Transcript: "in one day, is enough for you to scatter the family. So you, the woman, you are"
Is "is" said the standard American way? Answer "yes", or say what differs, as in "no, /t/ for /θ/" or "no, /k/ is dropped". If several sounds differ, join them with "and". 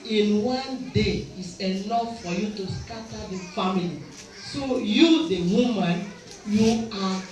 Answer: no, /s/ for /z/